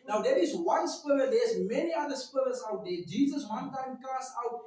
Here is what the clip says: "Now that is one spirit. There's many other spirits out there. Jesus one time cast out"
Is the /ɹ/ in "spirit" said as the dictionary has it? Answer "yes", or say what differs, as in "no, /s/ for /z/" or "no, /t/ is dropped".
no, /l/ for /ɹ/